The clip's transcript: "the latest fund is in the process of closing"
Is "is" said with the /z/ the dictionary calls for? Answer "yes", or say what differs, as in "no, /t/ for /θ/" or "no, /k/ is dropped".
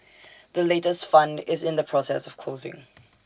yes